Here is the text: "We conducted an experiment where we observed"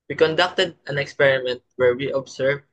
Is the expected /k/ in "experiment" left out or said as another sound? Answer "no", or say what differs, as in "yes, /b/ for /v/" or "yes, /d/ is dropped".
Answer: no